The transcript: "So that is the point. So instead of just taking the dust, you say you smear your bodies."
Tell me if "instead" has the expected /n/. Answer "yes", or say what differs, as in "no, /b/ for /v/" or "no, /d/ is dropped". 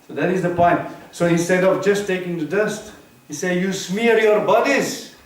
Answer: no, /n/ is dropped